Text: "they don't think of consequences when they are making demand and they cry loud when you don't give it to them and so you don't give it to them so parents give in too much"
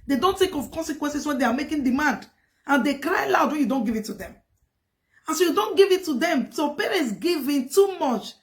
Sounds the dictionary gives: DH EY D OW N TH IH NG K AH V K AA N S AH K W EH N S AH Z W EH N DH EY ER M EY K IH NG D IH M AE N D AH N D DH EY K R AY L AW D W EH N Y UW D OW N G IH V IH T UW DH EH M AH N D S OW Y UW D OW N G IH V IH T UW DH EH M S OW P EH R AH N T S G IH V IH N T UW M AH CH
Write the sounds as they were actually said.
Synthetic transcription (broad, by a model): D EY D OW N T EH K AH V K AA N S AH K W EH N S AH S W EH N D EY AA M EY K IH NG D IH M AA N D AH N D EY K R AY L AW D W EH N Y UW D OW N G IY V IH T UW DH EH M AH N S OW Y UW D OW N G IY V IH T UW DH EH M S OW P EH R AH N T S G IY V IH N T UW M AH CH